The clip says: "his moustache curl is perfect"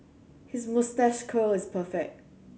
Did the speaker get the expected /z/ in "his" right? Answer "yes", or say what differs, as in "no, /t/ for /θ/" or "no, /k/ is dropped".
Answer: yes